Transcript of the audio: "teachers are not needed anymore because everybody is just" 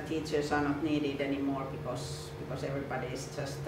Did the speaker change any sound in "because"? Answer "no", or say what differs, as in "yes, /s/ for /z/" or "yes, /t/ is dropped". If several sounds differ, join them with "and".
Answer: yes, /s/ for /z/